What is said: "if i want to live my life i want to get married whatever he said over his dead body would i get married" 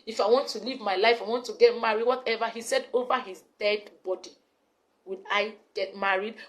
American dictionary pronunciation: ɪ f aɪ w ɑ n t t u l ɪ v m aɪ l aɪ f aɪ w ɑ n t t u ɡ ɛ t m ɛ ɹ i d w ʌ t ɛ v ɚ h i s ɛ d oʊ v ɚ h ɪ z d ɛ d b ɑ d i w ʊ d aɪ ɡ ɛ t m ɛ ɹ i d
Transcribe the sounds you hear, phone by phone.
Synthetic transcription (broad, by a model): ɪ f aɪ w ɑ n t t u l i v m aɪ l aɪ f aɪ w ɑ n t t u ɡ ɛ t m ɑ ɹ i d w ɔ t ɛ v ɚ h i s ɛ d oʊ v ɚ h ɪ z d ɛ d b ɑ d i w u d aɪ ɡ ɛ t m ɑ ɹ i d